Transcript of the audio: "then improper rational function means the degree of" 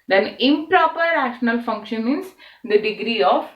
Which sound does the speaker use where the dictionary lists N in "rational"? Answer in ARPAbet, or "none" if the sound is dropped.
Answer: N